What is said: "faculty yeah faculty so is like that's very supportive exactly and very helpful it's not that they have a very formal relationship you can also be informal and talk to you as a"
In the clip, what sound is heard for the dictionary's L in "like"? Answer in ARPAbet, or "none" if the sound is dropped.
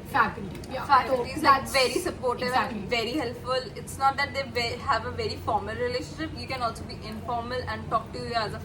N